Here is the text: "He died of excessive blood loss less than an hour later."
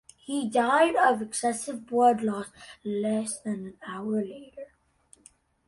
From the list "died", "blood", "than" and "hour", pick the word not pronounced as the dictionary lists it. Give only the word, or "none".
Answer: blood